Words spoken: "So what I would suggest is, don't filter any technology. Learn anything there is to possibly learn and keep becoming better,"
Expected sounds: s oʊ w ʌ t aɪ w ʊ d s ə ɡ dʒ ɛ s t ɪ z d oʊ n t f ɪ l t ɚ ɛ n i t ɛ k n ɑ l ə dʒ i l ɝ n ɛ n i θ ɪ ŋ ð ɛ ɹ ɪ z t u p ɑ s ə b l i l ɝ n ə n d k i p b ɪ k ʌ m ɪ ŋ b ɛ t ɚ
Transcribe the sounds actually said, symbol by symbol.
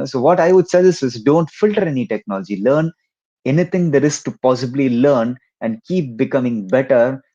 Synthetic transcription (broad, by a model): s oʊ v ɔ t aɪ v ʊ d s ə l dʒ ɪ s ɪ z d oʊ n t f ɪ l t ɚ ɛ n i t ɛ k n ɑ l ə dʒ i l ɝ n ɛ n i t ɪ ŋ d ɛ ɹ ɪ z t u p ɑ s ə b l i l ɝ n ə n d k i p b ɪ k ʌ m ɪ ŋ b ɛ t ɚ